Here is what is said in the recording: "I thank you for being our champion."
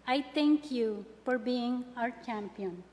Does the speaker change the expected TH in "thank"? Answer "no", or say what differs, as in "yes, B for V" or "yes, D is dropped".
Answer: yes, T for TH